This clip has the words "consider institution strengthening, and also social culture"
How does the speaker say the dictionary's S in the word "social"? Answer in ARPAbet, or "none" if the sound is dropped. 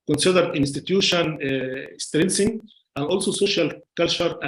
S